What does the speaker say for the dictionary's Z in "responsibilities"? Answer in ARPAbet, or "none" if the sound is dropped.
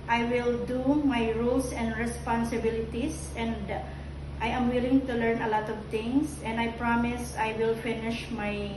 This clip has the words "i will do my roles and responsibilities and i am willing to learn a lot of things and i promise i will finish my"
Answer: S